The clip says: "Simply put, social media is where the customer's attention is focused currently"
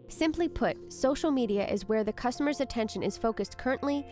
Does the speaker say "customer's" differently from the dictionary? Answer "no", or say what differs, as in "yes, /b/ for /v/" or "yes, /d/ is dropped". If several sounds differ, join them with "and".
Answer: no